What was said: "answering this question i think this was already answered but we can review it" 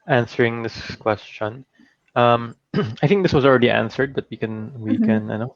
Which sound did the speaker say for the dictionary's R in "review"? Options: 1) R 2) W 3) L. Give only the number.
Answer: 2